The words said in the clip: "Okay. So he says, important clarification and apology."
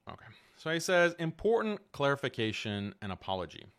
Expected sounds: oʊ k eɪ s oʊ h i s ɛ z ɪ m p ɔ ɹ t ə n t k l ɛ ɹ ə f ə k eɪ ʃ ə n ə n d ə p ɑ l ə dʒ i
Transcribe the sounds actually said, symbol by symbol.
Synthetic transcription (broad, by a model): oʊ k eɪ s oʊ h i s ɛ z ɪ m p ɔ ɹ t n k l ɛ ɹ ə f ə k eɪ ʃ ə n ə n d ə p ɑ l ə dʒ i